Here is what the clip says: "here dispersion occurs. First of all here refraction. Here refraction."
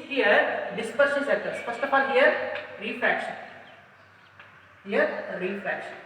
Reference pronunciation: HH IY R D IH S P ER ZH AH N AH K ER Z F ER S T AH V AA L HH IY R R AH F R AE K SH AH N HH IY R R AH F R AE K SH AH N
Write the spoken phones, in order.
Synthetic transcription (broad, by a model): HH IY R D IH S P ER SH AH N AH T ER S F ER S T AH P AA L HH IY R R AH F R AE K SH AH N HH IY R R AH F R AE K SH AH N